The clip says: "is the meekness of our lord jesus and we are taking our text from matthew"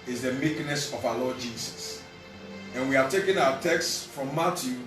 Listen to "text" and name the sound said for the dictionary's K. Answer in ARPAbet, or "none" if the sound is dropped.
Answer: K